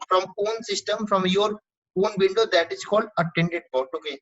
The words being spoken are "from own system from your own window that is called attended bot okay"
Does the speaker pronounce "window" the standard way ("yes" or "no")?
no